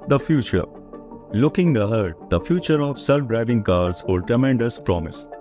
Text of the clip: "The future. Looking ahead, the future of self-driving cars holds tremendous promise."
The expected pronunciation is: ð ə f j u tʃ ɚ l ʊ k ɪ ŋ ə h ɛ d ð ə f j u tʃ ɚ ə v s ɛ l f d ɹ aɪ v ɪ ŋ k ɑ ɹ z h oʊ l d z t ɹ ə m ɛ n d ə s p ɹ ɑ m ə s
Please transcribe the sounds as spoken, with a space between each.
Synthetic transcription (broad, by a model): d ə f j u tʃ ɚ l ʊ k ɪ ŋ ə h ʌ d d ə f j u tʃ ɚ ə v s ɛ l f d ɹ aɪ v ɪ ŋ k ɑ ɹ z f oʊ d t ɹ ə m ɛ n d ə s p ɹ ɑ m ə s